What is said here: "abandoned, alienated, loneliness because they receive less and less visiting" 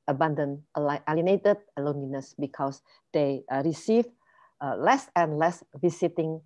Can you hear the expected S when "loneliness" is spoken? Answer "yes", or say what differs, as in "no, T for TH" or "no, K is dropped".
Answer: yes